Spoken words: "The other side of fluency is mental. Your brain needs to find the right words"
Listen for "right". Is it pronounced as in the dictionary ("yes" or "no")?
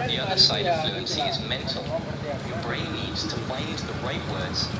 yes